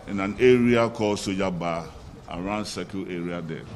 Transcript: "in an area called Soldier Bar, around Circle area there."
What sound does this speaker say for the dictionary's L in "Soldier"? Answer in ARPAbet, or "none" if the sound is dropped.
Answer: none